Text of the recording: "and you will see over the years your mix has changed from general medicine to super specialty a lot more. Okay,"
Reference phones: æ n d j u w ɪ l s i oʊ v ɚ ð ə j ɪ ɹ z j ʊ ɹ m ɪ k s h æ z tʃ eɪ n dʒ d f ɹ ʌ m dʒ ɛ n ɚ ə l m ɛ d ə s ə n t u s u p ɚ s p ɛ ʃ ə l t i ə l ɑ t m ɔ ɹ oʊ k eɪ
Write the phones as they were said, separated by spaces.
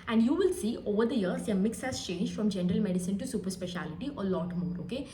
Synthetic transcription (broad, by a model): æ n d j u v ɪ l s i oʊ v ɚ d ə j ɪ ɹ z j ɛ m ɪ k s h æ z tʃ eɪ n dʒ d f ɹ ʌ m dʒ ɛ n ɚ ə l m ɛ d ə s ə n t u s u p ɚ s p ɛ ʃ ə l t i ə l ɑ t m ɔ ɹ oʊ k eɪ